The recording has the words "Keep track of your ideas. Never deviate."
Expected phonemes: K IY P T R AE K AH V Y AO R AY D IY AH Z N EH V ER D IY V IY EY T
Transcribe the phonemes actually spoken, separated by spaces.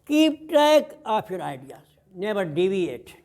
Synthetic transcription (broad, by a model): K IY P T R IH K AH P Y AO R AY D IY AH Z N EH V ER D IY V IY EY T